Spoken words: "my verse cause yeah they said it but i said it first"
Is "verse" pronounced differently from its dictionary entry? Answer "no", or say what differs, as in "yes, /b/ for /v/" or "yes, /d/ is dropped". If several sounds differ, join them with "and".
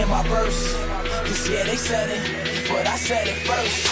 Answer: yes, /p/ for /v/